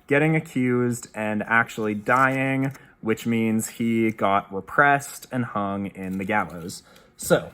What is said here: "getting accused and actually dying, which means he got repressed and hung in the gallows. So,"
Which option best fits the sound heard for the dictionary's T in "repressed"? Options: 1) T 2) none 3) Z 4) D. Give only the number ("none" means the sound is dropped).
1